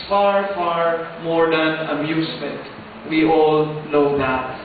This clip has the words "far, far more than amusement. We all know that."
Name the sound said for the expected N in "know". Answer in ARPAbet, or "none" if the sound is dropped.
L